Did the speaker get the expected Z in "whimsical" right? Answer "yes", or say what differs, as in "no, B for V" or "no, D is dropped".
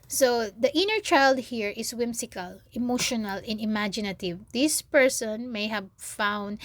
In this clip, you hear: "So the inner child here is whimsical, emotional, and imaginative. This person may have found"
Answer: no, S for Z